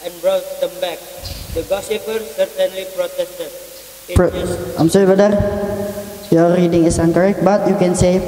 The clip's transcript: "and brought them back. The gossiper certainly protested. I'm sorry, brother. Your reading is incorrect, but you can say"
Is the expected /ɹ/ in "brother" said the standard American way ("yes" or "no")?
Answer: no